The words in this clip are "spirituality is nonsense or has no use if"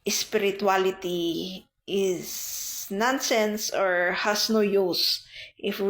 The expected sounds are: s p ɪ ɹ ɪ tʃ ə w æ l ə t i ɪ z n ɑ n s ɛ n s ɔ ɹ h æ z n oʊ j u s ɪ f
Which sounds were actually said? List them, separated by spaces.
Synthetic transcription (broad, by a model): s p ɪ ɹ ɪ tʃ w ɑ l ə t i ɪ s n ɑ n s ɛ n s ɔ ɹ h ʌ s n oʊ j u s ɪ f